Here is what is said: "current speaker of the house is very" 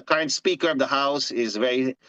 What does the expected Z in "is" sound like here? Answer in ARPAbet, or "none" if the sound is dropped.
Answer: Z